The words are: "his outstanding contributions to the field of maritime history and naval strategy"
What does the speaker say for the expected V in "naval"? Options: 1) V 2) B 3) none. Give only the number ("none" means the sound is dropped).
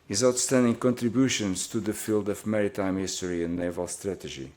1